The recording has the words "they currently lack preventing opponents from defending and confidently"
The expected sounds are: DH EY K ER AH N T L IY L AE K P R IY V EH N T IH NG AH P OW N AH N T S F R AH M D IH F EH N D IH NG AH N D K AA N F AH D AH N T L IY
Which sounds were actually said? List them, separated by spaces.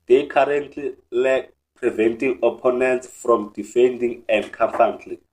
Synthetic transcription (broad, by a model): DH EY K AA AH N T L IY L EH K P R IY V EH N T IH NG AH P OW N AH N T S F R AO M D IH F EH N D IH NG AH N D K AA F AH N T L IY